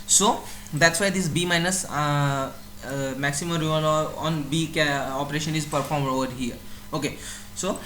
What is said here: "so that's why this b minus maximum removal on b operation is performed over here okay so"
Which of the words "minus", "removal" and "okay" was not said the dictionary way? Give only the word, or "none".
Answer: removal